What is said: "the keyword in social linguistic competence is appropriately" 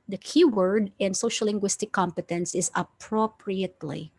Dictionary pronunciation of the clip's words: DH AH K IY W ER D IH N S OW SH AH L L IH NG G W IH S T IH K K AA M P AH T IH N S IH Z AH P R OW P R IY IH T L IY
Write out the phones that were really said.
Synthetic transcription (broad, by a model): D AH K IY W ER D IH N S OW SH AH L L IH NG G W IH S T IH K K AA M P AH T IH N S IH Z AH P R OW P R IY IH T L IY